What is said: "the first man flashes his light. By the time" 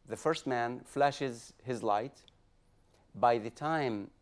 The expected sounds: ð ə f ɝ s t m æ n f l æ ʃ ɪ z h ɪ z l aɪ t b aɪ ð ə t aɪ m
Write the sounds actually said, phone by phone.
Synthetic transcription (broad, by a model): ð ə f ɝ s t m æ n f l æ ʃ ɪ z h ɪ z l aɪ t b aɪ ð ə t aɪ m